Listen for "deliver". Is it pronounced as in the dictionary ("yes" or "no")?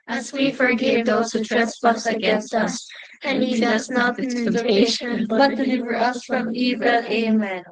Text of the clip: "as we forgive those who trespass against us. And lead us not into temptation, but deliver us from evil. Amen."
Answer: yes